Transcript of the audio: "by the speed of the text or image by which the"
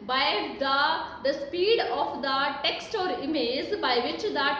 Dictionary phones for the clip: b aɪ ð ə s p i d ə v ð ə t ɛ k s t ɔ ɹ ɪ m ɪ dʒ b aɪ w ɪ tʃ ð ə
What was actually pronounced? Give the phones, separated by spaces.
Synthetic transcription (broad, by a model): b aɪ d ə s p i d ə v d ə t ɛ k s t ɔ ɹ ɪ m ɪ z b aɪ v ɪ tʃ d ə